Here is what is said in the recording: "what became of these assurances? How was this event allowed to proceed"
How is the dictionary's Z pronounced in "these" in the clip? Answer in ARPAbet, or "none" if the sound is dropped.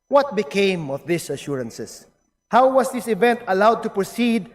S